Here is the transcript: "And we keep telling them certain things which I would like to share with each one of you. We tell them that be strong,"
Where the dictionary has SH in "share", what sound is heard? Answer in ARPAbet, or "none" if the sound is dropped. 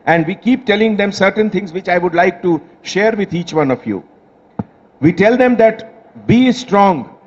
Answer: SH